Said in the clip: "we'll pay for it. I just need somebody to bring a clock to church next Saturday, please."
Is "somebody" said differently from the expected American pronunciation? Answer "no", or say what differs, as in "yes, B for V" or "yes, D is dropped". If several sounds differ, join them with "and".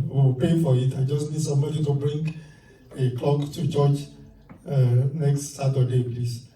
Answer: yes, B is dropped